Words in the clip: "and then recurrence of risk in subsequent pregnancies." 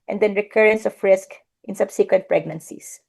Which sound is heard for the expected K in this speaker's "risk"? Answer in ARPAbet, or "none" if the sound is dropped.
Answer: K